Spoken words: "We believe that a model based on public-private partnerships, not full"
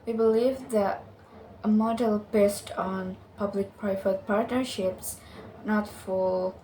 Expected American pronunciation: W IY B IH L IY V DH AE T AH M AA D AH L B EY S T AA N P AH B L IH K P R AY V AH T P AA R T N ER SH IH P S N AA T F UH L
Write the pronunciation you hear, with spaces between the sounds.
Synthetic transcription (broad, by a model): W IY B IH L IY V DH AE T AH M AA D AH L B EY S T AA N P AH B L IH K P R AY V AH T P AA R T N ER SH IH P S N AA T F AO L